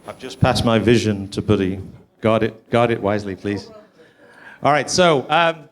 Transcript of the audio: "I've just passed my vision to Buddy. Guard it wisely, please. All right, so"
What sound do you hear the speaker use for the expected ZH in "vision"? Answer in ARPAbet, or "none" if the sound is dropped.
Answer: ZH